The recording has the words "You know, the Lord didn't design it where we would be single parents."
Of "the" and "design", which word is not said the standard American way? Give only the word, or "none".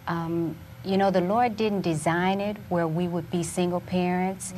none